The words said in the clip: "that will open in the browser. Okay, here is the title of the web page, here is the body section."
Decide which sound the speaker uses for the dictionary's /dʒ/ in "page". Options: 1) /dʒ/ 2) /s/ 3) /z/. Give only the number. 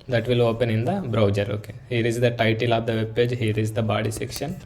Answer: 1